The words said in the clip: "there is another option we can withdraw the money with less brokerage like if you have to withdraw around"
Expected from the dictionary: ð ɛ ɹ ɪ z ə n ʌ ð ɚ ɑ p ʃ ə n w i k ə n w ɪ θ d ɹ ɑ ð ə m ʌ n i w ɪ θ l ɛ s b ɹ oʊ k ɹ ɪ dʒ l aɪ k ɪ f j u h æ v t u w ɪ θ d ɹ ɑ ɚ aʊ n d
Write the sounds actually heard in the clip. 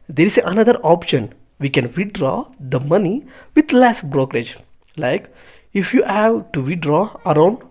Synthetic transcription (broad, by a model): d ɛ ɹ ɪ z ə n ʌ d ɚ ɑ p ʃ ə n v i k ə n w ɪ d ɹ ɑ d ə m ʌ n i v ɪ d l ɛ s b ɹ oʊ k ɹ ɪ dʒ l aɪ k ɪ f j u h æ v t u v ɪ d ɹ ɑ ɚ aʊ n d